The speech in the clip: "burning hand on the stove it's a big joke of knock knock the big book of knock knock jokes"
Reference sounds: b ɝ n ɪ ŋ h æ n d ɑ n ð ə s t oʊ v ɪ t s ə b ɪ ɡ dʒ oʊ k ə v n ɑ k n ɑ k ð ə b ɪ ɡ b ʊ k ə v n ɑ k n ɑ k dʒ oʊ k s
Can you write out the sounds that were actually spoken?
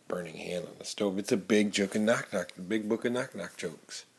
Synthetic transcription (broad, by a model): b ɝ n ɪ ŋ h æ n d n ð ə s t oʊ v ɪ t s ə b ɪ ɡ dʒ oʊ k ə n n ɑ k n ɑ k ð ə b ɪ ɡ b ʊ k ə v n ɑ k n ɑ k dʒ oʊ k s